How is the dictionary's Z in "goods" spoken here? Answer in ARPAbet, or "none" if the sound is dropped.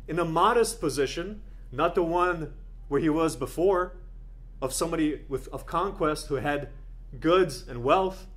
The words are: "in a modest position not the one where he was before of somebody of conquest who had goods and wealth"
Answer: Z